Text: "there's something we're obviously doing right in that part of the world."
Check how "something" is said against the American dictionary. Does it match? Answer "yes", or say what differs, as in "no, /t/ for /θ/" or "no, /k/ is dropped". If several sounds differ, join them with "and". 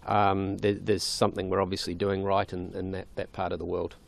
yes